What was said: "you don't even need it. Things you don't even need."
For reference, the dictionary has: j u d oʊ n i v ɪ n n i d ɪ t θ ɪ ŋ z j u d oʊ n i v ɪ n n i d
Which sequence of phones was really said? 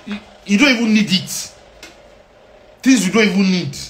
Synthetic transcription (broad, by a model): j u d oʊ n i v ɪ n n i d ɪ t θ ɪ z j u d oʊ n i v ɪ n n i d